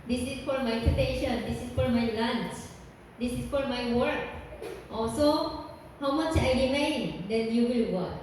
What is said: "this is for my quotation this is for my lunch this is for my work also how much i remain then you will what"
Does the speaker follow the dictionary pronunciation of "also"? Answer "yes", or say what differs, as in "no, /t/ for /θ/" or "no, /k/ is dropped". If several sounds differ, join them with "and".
no, /l/ is dropped